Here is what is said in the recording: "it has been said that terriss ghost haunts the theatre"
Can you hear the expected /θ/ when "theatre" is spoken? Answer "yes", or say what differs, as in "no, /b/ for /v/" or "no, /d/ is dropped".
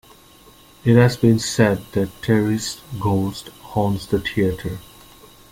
no, /t/ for /θ/